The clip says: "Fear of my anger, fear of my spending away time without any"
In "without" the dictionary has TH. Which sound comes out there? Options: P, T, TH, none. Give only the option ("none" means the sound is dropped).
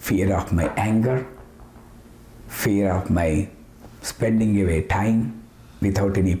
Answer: T